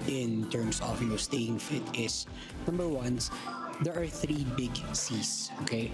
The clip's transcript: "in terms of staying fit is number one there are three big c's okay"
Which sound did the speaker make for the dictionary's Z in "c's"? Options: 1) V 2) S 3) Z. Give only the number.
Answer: 2